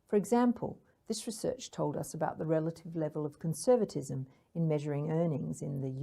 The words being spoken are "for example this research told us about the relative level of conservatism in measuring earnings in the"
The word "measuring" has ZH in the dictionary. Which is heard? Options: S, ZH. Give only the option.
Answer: ZH